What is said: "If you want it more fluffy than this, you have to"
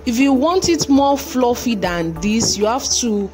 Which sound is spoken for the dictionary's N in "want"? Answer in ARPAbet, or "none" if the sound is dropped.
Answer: N